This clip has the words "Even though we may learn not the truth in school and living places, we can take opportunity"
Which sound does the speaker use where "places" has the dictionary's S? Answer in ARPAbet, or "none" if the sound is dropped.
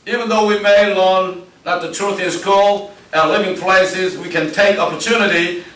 S